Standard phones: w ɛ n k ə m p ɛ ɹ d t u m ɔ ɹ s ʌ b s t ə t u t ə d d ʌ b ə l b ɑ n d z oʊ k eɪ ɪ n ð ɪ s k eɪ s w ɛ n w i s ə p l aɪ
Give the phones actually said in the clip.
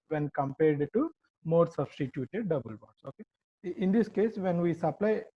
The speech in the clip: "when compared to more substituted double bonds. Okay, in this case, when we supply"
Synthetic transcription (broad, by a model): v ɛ n k ə m p ɛ ɹ d t u m ɔ ɹ s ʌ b s t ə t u t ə d d ʌ b ə l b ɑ d s oʊ k eɪ ɪ n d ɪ s k eɪ s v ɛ n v i s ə p l aɪ